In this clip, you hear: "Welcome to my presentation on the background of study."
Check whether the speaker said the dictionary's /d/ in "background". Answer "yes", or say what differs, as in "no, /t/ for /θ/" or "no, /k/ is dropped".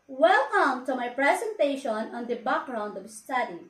yes